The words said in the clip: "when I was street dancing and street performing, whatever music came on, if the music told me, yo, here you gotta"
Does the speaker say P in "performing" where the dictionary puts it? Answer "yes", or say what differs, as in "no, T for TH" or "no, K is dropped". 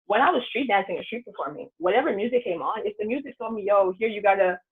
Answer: no, B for P